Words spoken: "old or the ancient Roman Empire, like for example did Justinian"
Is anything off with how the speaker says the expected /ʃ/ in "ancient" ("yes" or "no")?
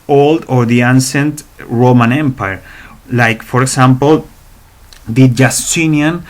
yes